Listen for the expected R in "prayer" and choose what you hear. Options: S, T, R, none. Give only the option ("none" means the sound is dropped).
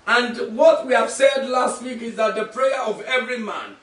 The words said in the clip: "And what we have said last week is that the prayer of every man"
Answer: R